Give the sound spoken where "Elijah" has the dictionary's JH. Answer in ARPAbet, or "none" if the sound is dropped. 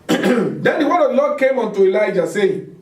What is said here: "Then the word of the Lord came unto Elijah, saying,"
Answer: JH